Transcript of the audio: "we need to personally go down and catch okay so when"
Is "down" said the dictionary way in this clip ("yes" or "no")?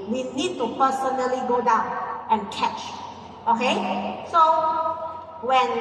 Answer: yes